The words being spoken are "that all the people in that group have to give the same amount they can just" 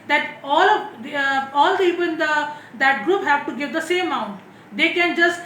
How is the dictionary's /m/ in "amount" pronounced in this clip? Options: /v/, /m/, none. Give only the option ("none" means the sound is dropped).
none